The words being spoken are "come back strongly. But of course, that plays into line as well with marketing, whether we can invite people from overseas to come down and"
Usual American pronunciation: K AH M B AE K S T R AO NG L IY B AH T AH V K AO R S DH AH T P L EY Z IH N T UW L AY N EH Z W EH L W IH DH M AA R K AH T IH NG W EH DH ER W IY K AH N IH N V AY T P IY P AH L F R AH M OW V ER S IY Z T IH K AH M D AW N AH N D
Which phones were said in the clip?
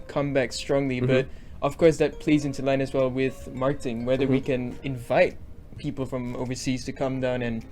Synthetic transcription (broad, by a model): K AH M B AE K S T R AO NG L IY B AH T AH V K AO R S DH AH T P L EY Z IH N T UW L AY N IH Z W EH L W IH DH M AA R K AH T IH NG W EH DH ER W IY K AH N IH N V AY T P IY P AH L F R AH M OW V ER S IY Z T IH K AH M D AW N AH N